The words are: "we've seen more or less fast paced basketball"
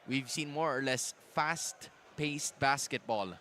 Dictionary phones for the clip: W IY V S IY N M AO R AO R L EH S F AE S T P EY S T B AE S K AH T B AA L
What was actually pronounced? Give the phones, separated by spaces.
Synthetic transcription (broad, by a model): W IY V S IY N M AO R AO R L EH S F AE S T P EY S T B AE S K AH T B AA L